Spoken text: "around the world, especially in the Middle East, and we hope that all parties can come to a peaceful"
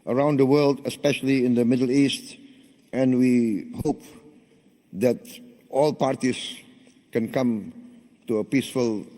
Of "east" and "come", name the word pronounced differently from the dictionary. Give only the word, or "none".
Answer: none